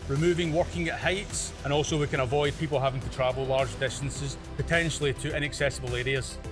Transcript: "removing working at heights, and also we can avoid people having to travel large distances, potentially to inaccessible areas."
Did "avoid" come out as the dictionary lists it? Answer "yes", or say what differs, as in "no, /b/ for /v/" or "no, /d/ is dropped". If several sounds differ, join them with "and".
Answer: yes